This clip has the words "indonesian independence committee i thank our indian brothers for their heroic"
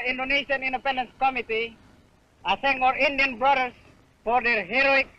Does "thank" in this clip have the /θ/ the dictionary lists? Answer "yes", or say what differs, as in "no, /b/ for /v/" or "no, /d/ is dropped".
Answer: no, /s/ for /θ/